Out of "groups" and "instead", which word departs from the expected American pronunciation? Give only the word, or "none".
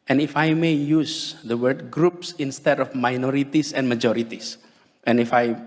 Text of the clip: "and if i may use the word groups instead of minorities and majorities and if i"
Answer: none